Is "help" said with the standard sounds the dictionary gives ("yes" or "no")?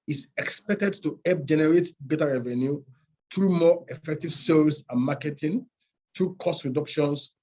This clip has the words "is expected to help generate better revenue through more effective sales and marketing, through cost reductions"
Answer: no